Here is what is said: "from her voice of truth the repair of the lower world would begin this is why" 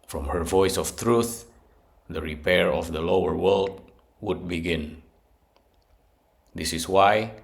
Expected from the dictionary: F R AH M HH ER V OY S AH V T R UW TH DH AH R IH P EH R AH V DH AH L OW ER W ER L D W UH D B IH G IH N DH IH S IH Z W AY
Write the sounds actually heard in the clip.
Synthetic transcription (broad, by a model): F R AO M HH ER V OY S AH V T R UW TH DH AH R IH P EH R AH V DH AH L OW ER W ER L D W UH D B IH G IH N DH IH S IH S W AY